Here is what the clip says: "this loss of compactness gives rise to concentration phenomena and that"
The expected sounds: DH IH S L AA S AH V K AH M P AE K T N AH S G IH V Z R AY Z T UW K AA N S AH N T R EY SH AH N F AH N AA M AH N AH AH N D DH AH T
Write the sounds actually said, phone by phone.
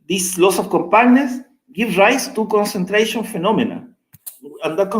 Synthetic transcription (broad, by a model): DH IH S L AA S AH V K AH M P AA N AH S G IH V R AY S T UW K AA N S AH N T R EY SH AH N F AH N AA M AH N AH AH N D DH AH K